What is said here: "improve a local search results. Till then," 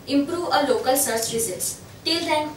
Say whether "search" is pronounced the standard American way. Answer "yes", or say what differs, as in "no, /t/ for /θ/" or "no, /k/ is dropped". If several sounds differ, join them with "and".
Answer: no, /s/ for /tʃ/